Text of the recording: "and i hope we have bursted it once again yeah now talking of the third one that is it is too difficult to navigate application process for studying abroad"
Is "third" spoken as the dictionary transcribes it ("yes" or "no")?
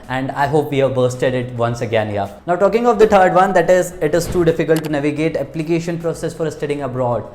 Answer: no